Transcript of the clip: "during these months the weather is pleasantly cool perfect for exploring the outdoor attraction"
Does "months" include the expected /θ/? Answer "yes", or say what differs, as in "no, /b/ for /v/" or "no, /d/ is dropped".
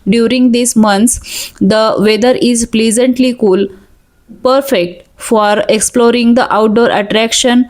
no, /t/ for /θ/